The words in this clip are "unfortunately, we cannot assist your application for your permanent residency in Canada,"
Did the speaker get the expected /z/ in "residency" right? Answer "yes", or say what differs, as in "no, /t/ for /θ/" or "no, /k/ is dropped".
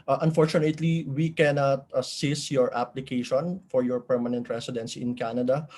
no, /s/ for /z/